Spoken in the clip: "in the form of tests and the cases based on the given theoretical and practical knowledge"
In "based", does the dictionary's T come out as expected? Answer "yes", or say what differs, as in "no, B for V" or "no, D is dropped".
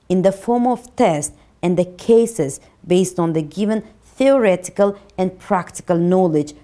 yes